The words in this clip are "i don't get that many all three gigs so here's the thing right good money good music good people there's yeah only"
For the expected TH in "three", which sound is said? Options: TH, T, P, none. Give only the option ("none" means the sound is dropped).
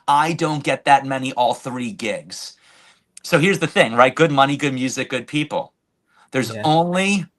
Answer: TH